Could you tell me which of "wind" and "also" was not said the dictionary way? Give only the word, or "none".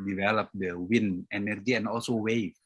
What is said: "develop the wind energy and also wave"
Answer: wind